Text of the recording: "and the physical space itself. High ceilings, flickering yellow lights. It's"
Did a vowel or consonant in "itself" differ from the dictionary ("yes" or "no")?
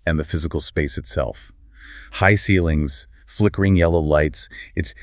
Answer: no